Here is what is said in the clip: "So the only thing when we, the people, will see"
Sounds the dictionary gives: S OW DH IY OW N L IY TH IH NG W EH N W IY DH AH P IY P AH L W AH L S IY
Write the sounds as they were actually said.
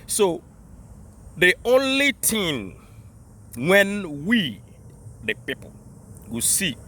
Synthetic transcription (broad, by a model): S OW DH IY OW N L IY T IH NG W EH N W IY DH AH P IY P AH L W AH S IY